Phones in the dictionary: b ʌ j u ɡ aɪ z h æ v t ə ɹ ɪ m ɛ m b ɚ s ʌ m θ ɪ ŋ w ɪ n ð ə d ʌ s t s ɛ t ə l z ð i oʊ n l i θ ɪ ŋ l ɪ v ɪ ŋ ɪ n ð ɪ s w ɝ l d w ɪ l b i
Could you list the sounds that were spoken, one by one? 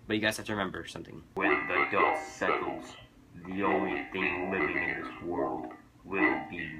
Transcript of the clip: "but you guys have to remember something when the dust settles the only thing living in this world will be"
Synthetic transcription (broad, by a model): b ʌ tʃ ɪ ɡ aɪ z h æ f t ə ɹ ɪ m ɛ m b ɚ s ʌ m θ ɪ ŋ w ɪ n ð ə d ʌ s s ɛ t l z ð i oʊ n l i θ ɪ ŋ l ɪ v ɪ ŋ ɪ n ð ɪ s w ɝ l d w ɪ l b i